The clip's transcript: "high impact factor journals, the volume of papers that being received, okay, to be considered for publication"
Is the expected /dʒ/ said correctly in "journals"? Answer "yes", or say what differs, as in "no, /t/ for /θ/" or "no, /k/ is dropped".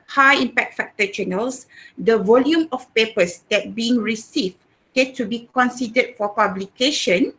no, /tʃ/ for /dʒ/